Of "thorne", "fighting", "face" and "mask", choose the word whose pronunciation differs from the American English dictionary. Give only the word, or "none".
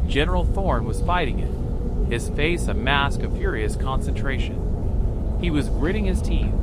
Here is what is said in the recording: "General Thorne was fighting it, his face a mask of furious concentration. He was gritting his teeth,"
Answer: none